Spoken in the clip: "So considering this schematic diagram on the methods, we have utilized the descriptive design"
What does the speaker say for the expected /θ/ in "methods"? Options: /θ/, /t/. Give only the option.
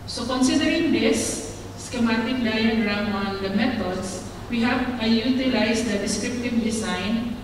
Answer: /t/